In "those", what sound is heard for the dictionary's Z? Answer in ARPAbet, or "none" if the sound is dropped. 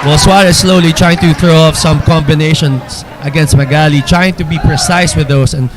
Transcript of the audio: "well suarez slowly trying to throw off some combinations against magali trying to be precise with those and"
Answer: S